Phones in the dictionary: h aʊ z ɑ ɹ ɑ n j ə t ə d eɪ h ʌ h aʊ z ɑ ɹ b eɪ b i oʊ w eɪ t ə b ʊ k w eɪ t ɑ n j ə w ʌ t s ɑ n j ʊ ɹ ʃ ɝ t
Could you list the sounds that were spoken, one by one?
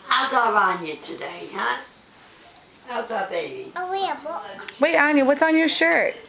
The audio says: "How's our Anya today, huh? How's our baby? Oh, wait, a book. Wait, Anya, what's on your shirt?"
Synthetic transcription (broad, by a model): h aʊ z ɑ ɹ ɑ n j ə t ə d eɪ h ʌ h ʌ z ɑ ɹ b eɪ b i oʊ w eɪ ə b ʊ k w eɪ t ɑ n j ə w ʌ t s n j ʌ ɹ ʃ ɝ t